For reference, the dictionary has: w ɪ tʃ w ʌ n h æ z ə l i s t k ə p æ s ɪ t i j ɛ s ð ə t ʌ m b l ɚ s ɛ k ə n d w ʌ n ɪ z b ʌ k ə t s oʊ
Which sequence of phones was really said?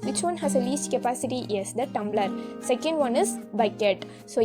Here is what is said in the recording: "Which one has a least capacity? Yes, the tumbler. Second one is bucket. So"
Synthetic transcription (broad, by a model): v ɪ tʃ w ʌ n h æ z ə l i s t k ə p æ s ɪ t i j ɛ s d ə t ʌ m b l ɚ s ɛ k ə n d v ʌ n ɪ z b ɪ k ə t s oʊ